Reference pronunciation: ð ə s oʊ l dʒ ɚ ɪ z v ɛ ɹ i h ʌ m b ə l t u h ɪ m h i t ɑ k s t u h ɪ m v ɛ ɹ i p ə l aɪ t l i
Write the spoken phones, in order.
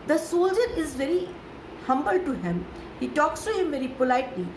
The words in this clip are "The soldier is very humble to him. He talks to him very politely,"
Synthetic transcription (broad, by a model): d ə s oʊ l dʒ ɚ ɪ z v ɛ ɹ i h ʌ m b ə l t u h ɪ m h i t ɑ k s t u h ɪ m v ɛ ɹ i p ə l aɪ t l i